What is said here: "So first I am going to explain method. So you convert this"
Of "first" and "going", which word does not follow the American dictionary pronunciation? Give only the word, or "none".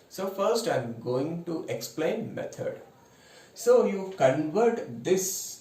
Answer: none